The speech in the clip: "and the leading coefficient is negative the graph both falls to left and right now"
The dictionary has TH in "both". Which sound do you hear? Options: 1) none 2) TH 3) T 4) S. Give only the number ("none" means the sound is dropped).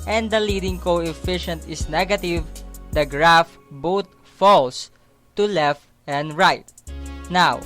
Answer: 3